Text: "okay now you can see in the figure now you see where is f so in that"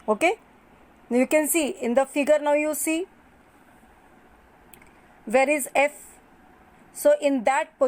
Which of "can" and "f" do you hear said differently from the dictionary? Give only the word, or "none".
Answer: none